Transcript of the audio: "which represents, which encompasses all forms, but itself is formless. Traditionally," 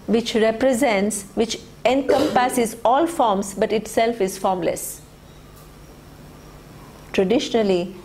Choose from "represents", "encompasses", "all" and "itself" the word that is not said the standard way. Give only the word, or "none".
none